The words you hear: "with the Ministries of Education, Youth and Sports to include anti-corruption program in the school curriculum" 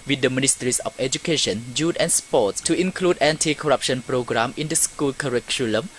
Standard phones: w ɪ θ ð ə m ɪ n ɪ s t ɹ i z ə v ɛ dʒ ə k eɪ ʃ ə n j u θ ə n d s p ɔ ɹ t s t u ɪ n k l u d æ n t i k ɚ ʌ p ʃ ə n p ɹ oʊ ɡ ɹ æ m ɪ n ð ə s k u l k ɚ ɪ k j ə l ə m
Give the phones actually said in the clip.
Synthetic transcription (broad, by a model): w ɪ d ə m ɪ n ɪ s t ɹ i s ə f ɛ dʒ ə k eɪ ʃ ə n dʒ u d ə n s p ɔ t s t u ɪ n k l u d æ n t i k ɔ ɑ p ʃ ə n p ɹ oʊ ɡ ɹ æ m ɪ n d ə s k u l k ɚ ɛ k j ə l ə m